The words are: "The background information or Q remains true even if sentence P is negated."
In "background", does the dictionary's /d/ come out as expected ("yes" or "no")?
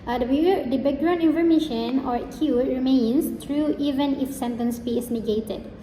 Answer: no